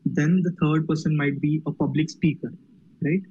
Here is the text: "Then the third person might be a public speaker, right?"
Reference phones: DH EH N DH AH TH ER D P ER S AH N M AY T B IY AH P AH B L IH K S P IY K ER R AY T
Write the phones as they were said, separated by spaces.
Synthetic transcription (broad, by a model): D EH N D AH T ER D P ER S AH N M AY T B IY AH P AH B L IH K S P IY K ER R AY T